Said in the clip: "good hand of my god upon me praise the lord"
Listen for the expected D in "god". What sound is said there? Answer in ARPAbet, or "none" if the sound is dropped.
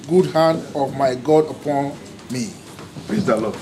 D